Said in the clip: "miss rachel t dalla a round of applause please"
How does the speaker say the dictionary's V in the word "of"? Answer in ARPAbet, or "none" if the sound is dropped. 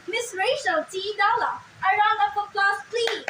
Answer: P